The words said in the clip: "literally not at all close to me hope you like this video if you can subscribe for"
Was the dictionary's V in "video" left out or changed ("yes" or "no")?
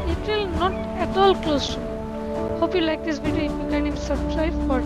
yes